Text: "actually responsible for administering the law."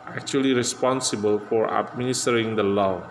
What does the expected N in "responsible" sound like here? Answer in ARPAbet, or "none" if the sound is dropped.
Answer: N